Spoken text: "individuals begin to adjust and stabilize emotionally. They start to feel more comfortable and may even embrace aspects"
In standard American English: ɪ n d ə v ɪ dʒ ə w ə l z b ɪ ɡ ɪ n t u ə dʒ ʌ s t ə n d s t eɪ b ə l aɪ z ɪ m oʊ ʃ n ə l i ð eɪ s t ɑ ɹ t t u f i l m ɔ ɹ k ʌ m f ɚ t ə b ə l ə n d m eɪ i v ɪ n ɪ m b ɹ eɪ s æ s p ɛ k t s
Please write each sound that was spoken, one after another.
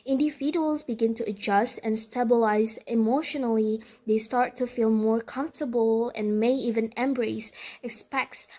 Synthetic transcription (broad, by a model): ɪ n d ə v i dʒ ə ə l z b ɪ ɡ ɪ n t u ə dʒ ʌ s t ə n s t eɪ b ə l aɪ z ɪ m oʊ ʃ n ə l i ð eɪ s t ɑ ɹ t t u f i l m ɔ ɹ k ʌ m f t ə b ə l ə n m eɪ i v ɪ n ɪ m b ɹ eɪ s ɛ s p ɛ k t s